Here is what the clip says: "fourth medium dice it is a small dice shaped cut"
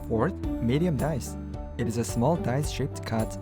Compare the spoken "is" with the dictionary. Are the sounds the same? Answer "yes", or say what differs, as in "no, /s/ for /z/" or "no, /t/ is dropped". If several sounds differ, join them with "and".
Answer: yes